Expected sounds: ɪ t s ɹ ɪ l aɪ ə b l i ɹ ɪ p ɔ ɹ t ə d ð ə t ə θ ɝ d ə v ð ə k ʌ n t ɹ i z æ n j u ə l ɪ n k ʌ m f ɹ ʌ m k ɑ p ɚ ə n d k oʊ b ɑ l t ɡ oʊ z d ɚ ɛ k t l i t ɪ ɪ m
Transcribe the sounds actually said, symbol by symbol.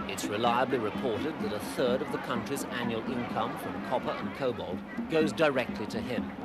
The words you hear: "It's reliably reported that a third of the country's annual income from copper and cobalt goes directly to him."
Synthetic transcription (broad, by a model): ɪ t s ɹ ɪ l aɪ ə b l i ɹ ɪ p ɔ ɹ t ə d ð ə t ə θ ɝ d ə v ð ə k ʌ n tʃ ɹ i z æ n j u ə l ɪ n k ʌ m f ɹ ʌ m k ɑ p ɚ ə n k oʊ b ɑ l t ɡ oʊ z d ɚ ɛ k t l i t ɪ ɪ m